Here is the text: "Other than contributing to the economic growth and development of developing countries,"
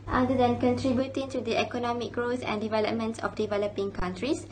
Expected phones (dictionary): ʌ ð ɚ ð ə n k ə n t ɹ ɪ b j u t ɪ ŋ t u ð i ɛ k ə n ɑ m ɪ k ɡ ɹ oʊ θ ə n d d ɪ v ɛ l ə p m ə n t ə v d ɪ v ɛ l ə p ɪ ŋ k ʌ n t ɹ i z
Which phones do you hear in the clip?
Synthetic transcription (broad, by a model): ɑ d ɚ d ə n k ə n t ɹ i b j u t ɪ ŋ t u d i ɛ k ə n ɑ m ɪ k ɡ ɹ oʊ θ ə n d d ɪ v ɛ l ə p m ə n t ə f d ɪ v ɛ l ə p ɪ ŋ k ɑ n t ɹ i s